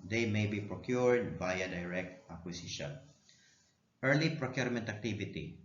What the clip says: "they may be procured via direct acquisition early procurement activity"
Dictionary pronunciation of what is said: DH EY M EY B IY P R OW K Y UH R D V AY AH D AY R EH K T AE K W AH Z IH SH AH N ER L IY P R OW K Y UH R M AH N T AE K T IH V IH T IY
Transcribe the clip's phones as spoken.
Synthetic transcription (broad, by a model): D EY M EY B IY P R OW K Y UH R D B AY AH D AY R EH K T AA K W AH S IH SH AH N ER L IY P R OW K Y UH R M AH N T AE K T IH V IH T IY